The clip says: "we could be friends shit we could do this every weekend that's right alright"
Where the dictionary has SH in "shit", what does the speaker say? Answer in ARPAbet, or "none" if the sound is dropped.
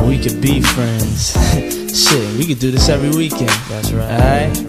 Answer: S